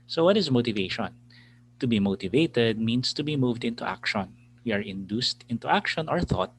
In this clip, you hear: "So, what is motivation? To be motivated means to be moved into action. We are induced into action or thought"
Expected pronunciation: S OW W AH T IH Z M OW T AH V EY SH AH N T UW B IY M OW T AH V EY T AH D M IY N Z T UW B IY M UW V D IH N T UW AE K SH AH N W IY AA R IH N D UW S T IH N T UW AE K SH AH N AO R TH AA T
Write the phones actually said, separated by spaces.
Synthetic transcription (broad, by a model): S OW W AH T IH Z M OW T AH V EY SH AH N T UW B IY M OW T AH V EY T AH D M IY N S T UW B IY M UW V D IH N T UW AE K SH AH N W IY AA R IH N D UW S T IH N T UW AE K SH AH N AO R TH AA T